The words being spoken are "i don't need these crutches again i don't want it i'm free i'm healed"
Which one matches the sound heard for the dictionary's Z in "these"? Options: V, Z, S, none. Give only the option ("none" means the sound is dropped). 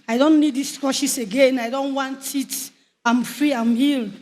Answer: S